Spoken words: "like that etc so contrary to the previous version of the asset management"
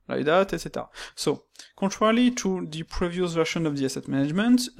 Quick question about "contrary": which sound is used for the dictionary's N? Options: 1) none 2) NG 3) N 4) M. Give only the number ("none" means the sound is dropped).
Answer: 1